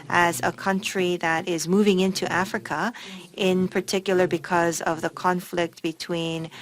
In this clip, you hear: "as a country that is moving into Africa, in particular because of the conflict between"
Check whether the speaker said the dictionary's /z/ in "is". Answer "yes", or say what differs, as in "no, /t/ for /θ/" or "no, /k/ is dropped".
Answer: yes